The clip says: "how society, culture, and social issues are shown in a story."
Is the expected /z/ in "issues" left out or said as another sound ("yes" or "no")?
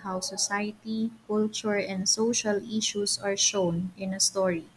yes